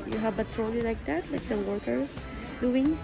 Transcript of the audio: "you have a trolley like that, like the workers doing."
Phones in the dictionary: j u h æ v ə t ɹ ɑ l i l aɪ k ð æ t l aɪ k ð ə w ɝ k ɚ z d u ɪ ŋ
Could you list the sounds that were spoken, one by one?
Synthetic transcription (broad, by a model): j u h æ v ə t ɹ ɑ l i l aɪ k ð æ t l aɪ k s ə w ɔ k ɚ d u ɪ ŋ